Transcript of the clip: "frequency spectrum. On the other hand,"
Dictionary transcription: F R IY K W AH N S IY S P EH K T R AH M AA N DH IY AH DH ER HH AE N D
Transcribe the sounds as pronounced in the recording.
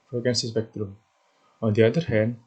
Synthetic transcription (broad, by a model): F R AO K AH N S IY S B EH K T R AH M AA N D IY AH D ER HH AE N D